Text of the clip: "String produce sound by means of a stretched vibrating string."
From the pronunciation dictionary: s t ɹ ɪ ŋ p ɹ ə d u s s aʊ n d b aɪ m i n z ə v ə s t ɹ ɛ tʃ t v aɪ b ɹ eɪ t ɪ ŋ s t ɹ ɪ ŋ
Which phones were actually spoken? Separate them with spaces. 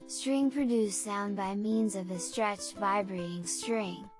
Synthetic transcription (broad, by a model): s t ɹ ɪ ŋ p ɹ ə d u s s aʊ n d b aɪ m i n z ə v ə s t ɹ ɛ tʃ t v aɪ b ɹ eɪ t ɪ ŋ s t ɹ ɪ ŋ